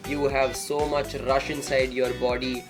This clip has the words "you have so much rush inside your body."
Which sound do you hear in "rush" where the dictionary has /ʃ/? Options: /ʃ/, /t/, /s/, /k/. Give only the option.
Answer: /ʃ/